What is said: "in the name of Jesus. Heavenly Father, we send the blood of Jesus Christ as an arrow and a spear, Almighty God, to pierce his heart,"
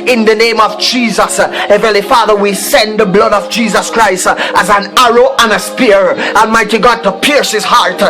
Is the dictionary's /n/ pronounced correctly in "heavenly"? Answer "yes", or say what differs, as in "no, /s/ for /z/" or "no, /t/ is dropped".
no, /n/ is dropped